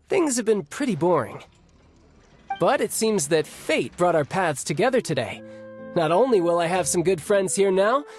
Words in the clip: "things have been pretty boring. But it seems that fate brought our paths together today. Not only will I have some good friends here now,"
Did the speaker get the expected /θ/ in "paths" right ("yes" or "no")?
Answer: yes